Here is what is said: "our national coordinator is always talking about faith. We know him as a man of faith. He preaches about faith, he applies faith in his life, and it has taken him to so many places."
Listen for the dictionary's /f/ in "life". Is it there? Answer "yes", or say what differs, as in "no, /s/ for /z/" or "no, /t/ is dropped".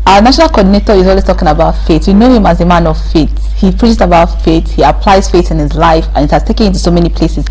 yes